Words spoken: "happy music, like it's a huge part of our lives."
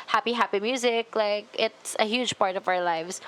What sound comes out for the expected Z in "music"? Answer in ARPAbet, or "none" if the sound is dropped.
Z